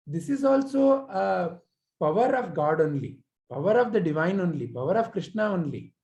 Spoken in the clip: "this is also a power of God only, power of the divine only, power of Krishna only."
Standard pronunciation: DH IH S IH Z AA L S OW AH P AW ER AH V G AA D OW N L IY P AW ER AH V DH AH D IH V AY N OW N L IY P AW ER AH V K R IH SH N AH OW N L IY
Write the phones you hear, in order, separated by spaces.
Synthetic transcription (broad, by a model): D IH S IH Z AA L S OW AH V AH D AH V G AA D OW N L IY P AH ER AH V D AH D IH V AY N OW N L IY P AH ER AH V K R IH SH N AH OW N L IY